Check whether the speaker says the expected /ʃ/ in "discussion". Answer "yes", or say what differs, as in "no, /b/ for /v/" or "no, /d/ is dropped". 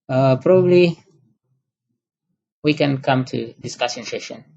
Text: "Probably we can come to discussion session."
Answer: no, /s/ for /ʃ/